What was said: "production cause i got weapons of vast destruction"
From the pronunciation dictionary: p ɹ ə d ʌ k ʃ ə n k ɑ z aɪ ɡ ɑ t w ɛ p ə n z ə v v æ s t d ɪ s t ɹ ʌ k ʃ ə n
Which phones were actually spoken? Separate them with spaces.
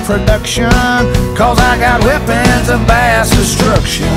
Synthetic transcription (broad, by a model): p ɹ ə d ʌ k ʃ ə n k ɑ z aɪ ɡ ɑ t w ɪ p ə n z ə v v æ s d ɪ s t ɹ ʌ k ʃ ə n